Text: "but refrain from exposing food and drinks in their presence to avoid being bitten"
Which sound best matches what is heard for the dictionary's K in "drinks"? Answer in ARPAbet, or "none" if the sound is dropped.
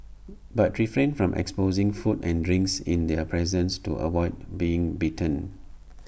K